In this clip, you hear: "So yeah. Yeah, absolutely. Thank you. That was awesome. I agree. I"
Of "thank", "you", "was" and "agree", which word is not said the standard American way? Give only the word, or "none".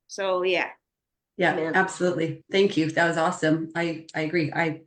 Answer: none